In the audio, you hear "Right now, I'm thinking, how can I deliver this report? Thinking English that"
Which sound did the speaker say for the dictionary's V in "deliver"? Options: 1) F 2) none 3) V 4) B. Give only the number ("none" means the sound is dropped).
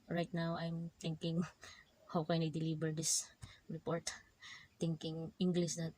4